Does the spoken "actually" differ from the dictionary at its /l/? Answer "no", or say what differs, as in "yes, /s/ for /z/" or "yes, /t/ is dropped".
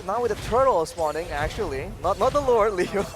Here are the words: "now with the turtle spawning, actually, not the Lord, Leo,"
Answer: yes, /n/ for /l/